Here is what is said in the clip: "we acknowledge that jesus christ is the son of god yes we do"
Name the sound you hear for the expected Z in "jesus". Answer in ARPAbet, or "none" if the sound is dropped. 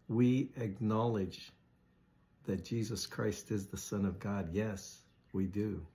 Z